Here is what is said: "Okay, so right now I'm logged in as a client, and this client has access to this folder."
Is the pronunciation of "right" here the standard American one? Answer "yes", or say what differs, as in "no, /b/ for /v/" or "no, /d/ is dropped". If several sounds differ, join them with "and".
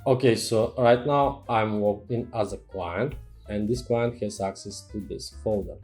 yes